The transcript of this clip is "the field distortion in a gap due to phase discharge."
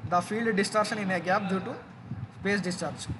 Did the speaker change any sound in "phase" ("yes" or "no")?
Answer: yes